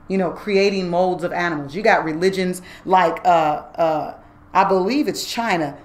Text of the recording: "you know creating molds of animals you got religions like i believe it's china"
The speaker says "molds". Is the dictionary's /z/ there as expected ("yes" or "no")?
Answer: yes